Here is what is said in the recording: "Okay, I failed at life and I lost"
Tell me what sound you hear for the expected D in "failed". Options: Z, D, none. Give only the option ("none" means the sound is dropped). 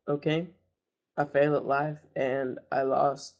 none